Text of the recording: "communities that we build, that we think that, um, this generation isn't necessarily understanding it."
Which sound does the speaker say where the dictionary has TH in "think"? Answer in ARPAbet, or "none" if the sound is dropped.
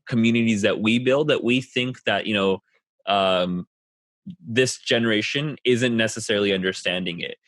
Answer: TH